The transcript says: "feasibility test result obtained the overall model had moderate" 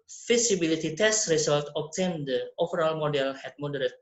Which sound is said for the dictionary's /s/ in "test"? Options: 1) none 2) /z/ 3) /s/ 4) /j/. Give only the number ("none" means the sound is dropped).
3